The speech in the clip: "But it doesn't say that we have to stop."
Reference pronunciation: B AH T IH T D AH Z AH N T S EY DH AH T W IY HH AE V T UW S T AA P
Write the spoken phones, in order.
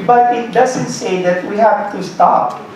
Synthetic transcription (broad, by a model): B AH T IH T D AH Z AH N T S EY DH AH T W IY HH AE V T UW S T AA P